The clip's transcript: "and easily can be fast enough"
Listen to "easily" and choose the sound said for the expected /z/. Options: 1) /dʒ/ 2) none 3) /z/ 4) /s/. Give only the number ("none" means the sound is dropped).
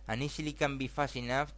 4